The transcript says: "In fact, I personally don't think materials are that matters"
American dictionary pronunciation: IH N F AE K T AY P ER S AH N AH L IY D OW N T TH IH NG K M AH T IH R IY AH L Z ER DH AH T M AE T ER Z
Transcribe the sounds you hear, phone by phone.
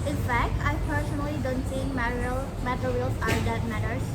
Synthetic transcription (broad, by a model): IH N F AE K T AY P ER S AH N AH L IY D OW N T S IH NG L M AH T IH R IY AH L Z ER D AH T M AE T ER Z